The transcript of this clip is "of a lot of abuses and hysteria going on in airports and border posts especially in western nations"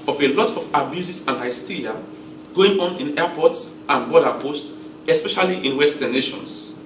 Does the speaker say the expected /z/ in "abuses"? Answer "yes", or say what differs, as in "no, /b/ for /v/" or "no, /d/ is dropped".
no, /s/ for /z/